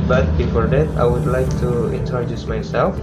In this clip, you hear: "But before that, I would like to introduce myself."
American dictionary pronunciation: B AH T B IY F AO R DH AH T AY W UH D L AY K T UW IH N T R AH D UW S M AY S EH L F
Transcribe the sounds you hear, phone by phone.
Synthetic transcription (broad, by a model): B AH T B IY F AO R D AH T AY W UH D L AY K T UW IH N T AH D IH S M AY S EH L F